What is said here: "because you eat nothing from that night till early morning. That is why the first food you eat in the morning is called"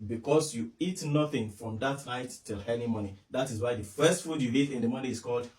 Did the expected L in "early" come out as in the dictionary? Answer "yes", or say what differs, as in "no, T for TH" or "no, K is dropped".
no, N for L